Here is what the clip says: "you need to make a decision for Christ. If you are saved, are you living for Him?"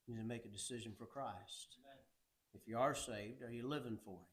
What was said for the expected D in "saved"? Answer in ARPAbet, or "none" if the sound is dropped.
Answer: D